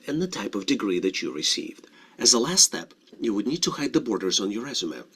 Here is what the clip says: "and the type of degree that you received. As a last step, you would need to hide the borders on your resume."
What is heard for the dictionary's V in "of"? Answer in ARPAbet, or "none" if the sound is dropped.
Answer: V